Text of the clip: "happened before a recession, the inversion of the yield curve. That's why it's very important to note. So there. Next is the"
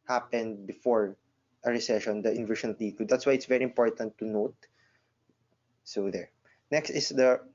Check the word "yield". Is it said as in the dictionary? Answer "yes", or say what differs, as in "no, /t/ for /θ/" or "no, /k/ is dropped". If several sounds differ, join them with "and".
no, /l/ is dropped